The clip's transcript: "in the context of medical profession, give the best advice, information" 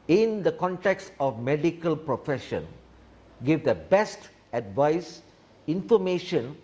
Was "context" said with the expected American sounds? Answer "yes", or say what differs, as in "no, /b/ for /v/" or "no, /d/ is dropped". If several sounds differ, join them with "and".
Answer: yes